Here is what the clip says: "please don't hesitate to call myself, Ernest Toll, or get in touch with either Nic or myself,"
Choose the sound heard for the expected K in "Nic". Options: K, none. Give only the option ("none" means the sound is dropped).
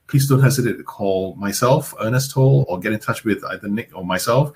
K